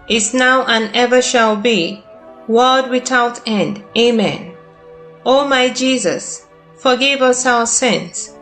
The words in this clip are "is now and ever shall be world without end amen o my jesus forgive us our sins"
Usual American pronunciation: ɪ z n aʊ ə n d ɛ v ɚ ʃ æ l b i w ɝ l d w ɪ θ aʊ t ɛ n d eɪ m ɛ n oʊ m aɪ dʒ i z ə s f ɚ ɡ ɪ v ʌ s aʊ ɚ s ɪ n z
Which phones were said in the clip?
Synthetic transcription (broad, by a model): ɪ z n aʊ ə n ɛ v ɚ ʃ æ l b i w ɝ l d w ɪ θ aʊ t ɛ n d eɪ m ɛ n oʊ m aɪ dʒ i z ə s f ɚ ɡ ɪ v ʌ s aʊ ɚ s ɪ n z